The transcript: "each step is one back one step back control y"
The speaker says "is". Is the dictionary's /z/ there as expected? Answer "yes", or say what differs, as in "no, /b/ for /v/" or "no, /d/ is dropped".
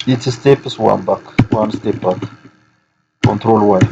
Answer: no, /s/ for /z/